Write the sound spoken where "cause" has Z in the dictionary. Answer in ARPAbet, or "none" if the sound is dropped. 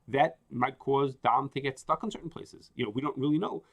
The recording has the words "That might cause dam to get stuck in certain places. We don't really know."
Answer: Z